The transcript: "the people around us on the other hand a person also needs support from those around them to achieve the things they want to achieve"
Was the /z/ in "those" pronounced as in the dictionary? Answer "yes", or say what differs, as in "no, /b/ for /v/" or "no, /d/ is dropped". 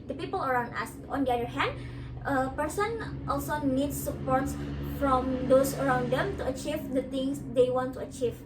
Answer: no, /s/ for /z/